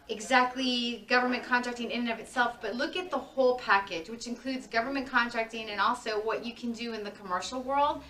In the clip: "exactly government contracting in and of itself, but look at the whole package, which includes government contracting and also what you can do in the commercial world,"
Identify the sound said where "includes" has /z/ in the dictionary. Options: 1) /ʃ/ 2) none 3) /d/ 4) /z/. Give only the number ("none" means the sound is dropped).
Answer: 4